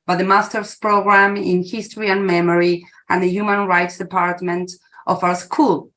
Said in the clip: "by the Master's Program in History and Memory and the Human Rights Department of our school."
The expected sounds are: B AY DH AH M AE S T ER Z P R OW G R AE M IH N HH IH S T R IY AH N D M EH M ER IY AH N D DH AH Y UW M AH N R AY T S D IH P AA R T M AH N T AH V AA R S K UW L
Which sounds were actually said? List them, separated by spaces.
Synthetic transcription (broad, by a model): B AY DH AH M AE S T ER S P R OW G R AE M IH N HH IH S T R IY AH N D M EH M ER IY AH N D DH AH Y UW M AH N R AY T S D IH P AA R T M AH N T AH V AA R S K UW L